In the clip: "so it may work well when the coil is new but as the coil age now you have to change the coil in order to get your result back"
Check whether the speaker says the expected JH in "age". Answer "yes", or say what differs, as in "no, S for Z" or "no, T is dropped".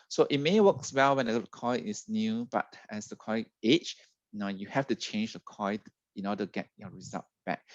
no, CH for JH